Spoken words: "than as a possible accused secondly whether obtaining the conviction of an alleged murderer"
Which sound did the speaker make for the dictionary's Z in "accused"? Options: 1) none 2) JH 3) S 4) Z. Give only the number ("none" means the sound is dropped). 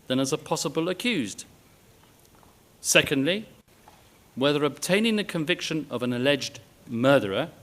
4